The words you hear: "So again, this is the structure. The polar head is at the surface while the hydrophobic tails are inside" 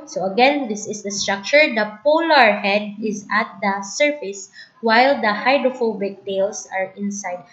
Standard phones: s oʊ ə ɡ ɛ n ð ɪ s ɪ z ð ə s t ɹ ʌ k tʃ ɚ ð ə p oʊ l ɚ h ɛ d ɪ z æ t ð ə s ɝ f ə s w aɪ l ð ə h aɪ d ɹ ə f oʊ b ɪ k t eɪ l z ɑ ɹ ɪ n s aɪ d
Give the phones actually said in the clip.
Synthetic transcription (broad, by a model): s oʊ ə ɡ ɛ n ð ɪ s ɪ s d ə s t ɹ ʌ k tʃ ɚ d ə p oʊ l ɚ h ɛ d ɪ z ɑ t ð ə s ɝ f ə s w aɪ l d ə h aɪ d ɹ ə f oʊ b ɪ k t eɪ l s ɑ ɹ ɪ n s aɪ d